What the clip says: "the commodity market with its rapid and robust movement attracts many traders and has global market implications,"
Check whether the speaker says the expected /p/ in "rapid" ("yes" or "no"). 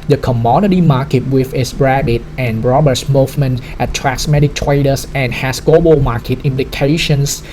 no